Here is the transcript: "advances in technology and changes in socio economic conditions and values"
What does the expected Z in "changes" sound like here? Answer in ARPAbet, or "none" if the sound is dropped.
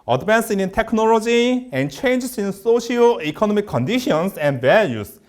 S